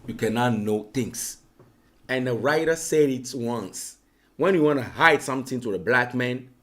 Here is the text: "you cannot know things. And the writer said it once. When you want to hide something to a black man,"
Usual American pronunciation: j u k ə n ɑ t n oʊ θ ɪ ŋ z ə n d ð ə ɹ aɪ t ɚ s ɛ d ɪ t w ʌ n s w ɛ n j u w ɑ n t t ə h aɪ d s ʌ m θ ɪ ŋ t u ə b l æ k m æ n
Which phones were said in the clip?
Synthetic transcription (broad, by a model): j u k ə n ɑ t n oʊ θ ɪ ŋ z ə n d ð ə ɹ aɪ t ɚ s ɛ d ɪ t w ʌ n s w ɛ n j u w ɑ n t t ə h aɪ d s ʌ m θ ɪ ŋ t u ə b l æ k m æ n